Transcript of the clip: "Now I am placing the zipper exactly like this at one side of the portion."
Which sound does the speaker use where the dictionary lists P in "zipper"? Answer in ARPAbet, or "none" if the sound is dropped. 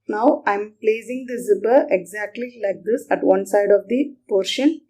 B